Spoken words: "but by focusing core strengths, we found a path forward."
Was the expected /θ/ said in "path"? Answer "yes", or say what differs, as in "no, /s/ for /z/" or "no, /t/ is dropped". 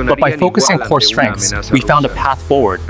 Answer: yes